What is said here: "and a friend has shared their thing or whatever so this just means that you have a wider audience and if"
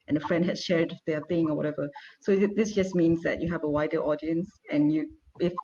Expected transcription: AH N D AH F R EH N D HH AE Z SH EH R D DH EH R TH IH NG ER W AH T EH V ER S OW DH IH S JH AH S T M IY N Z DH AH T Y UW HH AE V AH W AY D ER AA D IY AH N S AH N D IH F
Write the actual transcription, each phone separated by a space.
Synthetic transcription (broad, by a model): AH N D AH F R EH N D HH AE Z SH EH R D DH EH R TH IH NG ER W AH T EH V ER S OW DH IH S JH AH S M IY N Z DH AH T Y UW HH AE V AH W AY D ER AA D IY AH N S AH N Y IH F